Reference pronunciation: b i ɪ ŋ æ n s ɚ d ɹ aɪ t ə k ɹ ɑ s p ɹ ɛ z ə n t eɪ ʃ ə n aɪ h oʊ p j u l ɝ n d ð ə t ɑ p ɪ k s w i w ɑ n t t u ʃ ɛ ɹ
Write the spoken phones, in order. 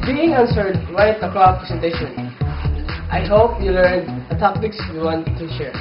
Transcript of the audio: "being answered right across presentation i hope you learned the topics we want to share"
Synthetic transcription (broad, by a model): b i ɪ ŋ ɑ n s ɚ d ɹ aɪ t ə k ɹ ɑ p ɹ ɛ s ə n t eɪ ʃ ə n aɪ h oʊ p j u l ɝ n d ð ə t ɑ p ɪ k s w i w ɑ n t t u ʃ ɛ ɹ